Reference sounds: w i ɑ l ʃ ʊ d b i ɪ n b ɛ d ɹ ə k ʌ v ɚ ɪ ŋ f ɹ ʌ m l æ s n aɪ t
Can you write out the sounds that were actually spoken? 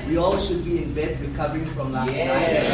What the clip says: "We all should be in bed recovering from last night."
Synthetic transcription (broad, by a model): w i ɑ l ʃ ʊ d b i ɪ n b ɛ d ɹ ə k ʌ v ɚ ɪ ŋ f ɹ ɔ m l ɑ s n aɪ